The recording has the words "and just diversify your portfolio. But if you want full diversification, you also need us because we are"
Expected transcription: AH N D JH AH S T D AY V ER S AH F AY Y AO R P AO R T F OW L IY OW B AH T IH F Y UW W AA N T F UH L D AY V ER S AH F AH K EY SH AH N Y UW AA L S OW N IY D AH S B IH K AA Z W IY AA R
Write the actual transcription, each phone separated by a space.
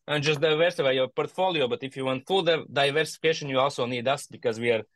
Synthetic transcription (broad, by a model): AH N JH AH S T D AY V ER S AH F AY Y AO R P AO R T F OW L IY OW B AH T IH F Y UW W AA N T F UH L D AY V ER S AH F AH K EY SH AH N Y UW AA L S OW N IY D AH S B IH K AA Z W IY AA R